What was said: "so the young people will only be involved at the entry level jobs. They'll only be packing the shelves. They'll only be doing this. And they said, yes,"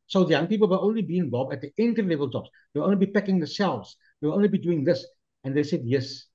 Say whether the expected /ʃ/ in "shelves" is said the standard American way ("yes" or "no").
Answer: no